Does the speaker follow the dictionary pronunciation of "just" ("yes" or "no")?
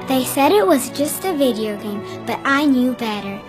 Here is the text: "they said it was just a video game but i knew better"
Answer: yes